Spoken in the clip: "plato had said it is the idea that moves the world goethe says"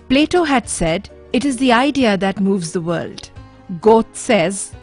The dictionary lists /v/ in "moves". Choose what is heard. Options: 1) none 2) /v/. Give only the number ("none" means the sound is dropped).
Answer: 2